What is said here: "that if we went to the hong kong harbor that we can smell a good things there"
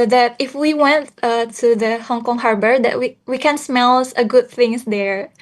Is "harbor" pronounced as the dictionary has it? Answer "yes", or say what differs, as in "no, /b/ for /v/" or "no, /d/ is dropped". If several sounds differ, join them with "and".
yes